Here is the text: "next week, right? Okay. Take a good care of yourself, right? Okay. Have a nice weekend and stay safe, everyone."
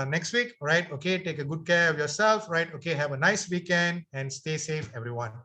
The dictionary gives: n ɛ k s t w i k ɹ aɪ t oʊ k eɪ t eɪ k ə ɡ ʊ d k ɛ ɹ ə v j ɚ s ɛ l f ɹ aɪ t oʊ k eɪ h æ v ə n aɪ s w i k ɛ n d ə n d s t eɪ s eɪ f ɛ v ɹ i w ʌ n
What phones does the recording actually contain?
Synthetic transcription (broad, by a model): n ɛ k s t w i k ɹ aɪ t oʊ k eɪ t eɪ k ə ɡ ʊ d k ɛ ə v j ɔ s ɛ l f ɹ aɪ t oʊ k eɪ h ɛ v ə n aɪ s w i k ɛ n d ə n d s t eɪ s eɪ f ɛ v ɹ i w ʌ n